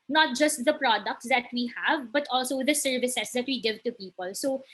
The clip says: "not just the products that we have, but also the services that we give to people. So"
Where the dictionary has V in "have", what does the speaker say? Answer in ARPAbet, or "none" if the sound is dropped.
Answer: V